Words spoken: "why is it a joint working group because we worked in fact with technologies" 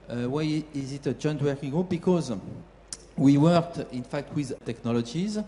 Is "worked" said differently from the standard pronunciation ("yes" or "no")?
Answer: no